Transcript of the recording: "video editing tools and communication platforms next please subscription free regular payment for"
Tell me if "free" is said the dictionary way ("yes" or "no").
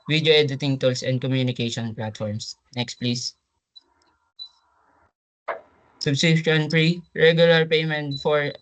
no